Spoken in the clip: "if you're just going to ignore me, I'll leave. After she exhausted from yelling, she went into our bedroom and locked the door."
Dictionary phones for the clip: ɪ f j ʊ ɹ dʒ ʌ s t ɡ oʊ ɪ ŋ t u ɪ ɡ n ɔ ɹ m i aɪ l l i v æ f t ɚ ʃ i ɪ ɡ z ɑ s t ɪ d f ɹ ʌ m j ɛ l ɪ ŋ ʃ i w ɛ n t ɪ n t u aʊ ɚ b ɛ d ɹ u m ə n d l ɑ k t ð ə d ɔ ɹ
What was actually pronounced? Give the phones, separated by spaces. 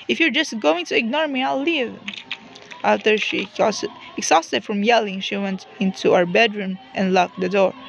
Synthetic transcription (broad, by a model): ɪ f j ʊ ɹ dʒ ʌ s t ɡ oʊ ɪ ŋ t u ɪ ɡ n ɔ ɹ m i aɪ l l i v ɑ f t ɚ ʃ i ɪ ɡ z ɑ s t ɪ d f ɹ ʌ m j ɛ l ɪ ŋ ʃ i w ɛ n t ɪ n t u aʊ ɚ b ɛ d ɹ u m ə n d l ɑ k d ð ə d ɔ ɹ